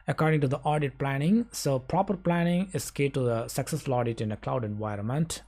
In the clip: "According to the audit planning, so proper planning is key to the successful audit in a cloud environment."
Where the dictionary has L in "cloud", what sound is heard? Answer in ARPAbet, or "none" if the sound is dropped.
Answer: L